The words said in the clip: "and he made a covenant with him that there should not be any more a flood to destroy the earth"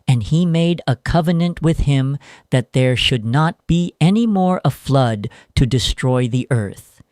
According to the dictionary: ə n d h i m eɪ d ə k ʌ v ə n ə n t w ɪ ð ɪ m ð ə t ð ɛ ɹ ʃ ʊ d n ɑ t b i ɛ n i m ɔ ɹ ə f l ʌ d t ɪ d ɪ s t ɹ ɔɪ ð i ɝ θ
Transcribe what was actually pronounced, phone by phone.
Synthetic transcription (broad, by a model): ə n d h i m eɪ d ə k ʌ v ə n ə n t w ɪ ð ɪ m ð ə t ð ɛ ɹ ʃ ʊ d n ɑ t b i ɛ n i m ɔ ɹ ə f l ʌ d t ɪ d ɪ s t ɹ ɔɪ ð i ɝ θ